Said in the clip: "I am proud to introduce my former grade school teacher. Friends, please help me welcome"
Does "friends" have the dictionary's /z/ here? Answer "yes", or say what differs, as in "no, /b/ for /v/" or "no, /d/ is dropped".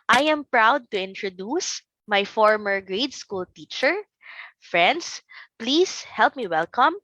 no, /s/ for /z/